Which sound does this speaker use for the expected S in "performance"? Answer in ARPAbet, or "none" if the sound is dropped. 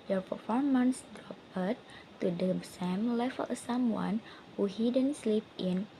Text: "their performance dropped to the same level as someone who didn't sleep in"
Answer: S